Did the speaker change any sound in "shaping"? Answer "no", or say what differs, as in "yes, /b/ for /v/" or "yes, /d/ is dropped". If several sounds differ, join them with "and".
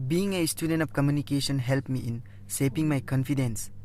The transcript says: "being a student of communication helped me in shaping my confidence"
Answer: yes, /s/ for /ʃ/